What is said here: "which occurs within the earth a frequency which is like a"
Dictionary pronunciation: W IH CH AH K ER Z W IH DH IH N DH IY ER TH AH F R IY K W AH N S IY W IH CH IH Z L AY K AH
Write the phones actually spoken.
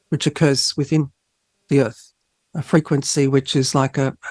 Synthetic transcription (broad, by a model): W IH CH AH K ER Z W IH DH IH N DH IY ER TH AH F R IY K W AH N S IY W IH CH IH Z L AY K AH